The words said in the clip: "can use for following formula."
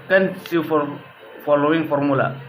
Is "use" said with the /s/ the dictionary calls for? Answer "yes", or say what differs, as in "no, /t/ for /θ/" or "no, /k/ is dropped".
no, /s/ is dropped